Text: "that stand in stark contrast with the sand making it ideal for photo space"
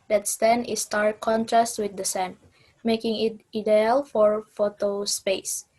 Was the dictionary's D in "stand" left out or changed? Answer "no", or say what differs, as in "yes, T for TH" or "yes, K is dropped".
yes, D is dropped